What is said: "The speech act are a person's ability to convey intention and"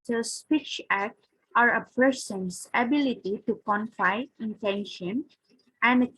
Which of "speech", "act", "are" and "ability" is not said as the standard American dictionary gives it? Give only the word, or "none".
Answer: none